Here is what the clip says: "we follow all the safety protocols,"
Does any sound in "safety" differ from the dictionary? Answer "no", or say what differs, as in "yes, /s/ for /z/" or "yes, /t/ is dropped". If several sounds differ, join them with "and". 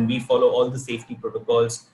no